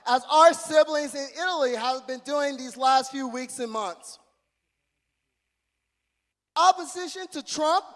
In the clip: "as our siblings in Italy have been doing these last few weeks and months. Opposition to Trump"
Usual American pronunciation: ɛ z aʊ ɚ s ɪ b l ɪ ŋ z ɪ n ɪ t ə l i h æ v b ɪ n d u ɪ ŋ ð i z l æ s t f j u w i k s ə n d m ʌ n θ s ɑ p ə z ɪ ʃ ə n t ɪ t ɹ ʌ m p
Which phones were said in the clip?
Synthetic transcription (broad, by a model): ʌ z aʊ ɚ s ɪ b l ɪ ŋ z ɪ n ɪ t l i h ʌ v b ɪ n d u ɪ ŋ ð i z l æ s t f j u w i k s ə n m ʌ n θ s ɑ p ə z ɪ ʃ ə n t ɪ t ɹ ʌ m p